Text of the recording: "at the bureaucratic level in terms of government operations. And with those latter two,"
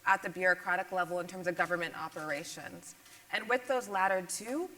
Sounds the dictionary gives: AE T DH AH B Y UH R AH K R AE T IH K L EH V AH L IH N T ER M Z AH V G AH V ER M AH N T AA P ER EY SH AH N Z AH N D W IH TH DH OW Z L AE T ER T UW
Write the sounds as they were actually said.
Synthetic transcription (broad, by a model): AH T DH AH B Y UH R AH K R AE T IH K L EH V L IH N T ER M Z AH V G AH V ER M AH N T AA P ER EY SH AH N Z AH N W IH DH OW Z L AE T ER T UW